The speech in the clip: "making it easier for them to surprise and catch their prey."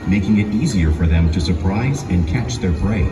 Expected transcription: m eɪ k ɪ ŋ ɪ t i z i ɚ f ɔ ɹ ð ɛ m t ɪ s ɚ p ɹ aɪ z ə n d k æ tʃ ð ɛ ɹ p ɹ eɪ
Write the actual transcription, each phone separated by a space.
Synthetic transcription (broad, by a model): m eɪ k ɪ ŋ ɪ t i z i ɚ f ɔ ɹ ð ɛ m t ɪ s ɚ p ɹ aɪ z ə n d k æ tʃ ð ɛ ɹ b ɹ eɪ